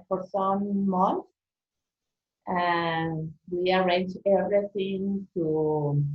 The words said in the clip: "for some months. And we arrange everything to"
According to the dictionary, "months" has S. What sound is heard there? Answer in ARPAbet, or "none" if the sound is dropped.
none